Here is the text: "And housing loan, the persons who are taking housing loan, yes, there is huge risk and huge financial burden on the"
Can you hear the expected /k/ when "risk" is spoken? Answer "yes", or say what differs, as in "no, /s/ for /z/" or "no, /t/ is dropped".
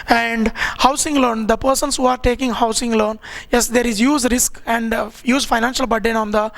yes